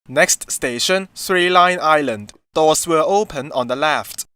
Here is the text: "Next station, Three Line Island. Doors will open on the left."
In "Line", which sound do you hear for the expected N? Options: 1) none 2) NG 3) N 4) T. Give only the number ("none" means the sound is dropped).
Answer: 3